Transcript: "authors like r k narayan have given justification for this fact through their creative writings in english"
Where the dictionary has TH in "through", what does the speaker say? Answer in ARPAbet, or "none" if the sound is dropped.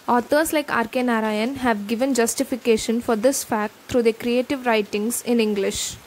T